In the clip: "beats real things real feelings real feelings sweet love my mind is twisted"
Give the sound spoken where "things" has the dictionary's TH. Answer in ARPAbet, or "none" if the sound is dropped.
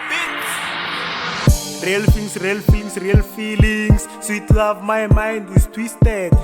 F